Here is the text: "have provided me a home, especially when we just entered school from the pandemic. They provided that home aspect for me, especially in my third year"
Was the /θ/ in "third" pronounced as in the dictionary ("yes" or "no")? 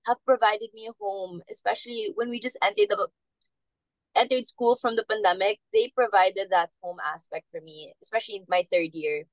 yes